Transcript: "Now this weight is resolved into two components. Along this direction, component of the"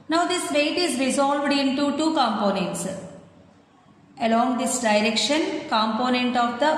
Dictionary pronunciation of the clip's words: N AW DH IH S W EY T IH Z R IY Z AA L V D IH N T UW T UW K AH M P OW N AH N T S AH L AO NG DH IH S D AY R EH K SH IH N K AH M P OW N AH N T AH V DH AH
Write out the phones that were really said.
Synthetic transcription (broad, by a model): N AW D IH S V EY T IH Z R IY Z AA L V D IH N T UW T UW K AH M P OW N AH N T S AH L AO NG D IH S D AY R EH K SH IH N K AH M P OW N AH N T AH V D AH